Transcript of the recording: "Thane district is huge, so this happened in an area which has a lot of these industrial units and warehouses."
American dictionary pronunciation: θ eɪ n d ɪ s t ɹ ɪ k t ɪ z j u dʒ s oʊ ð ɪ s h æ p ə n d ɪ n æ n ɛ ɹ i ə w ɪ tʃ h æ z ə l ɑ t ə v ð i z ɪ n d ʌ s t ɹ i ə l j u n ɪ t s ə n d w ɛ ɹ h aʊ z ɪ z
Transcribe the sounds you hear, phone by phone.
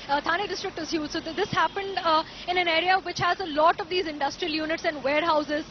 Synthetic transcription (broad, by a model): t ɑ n d ɪ s t ɹ ɪ k t ɪ z j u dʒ s oʊ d ɪ s h æ p ə n d ɪ n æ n ɛ ɹ i ə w ɪ tʃ h æ z ə l ɑ t ə v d i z ɪ n d ʌ s t ɹ i ə l j u n ɪ t s ə n d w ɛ ɹ h aʊ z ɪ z